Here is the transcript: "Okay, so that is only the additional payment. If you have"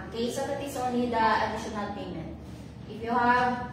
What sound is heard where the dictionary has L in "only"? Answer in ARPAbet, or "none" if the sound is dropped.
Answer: none